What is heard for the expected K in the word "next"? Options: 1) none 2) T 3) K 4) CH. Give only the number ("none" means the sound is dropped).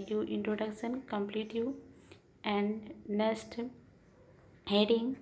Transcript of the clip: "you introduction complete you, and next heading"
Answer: 1